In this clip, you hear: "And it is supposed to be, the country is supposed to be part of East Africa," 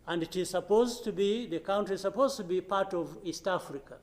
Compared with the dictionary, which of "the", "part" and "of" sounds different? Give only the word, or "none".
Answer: none